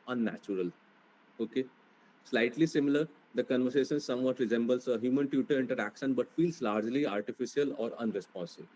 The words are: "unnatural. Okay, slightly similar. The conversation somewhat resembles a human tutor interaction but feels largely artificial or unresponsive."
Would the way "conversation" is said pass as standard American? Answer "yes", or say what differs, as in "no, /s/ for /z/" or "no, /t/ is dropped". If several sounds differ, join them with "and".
yes